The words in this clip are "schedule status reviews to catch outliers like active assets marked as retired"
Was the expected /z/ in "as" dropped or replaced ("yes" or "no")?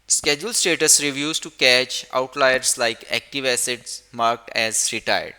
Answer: no